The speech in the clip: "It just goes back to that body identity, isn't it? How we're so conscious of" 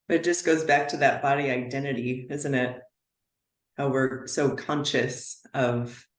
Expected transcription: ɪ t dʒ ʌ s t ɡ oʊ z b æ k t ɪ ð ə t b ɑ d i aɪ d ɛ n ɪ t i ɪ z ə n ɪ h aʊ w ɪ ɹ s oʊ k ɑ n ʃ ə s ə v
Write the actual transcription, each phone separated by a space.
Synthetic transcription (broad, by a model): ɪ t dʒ ʌ s ɡ oʊ z b æ k t ɪ ð ə t b ɑ d i aɪ d ɛ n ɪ t i ɪ z ə n ɪ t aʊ w ɪ ɹ s oʊ k ɑ n ʃ ə s ə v